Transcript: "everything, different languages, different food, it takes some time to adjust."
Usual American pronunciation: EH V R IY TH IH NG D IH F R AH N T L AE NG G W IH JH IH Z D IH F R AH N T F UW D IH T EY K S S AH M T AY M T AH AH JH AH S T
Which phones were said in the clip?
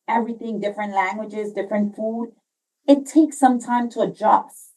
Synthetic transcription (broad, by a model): EH V R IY TH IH NG D IH F R AH N T L AE NG G W IH JH IH Z D IH F R AH N T F UW D IH T EY K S S AH M T AY M T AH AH JH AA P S